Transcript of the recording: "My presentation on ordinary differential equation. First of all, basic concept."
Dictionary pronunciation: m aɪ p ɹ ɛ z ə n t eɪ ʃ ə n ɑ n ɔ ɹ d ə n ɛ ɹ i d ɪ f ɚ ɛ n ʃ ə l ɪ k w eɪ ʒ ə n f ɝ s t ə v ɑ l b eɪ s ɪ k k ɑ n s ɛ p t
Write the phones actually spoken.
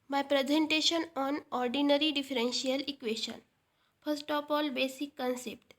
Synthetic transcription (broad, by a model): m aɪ p ɹ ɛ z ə n t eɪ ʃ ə n ɑ n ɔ ɹ d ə n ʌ ɹ i d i f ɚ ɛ n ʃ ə l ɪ k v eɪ ʃ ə n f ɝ s t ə p ɑ l b eɪ s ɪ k k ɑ n s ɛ p t